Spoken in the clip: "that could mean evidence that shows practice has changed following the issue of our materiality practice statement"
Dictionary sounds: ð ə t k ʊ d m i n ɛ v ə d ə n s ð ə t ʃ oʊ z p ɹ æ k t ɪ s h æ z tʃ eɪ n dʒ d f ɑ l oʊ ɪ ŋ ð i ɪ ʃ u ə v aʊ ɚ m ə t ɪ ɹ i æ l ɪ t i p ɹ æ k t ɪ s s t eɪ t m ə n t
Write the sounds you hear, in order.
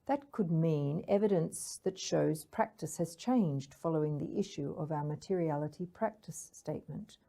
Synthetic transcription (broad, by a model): ð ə t k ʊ d m i n ɛ v ə d ə n s ð ə t ʃ oʊ z p ɹ æ k t ɪ s h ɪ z tʃ eɪ n dʒ d f ɑ l oʊ ɪ ŋ ð i ɪ ʃ u ə v aʊ ɚ m ə t ɪ ɹ i æ l ɪ t i p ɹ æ k t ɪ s s t eɪ t m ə n t